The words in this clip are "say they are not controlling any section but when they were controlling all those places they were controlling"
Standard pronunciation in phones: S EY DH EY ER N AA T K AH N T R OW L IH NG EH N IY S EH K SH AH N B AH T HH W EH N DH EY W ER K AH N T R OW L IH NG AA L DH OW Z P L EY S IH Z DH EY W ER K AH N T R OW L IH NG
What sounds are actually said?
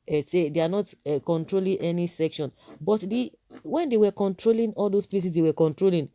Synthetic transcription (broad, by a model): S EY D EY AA N AA T K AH N T R OW L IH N EH N IY S EH K SH AH N B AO T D W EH N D EY W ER K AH N T R OW L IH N AA L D OW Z P L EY S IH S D EY W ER K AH N T R OW L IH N